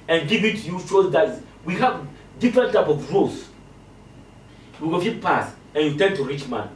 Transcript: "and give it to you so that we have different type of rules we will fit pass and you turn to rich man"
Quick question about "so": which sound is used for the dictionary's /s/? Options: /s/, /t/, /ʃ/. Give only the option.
/ʃ/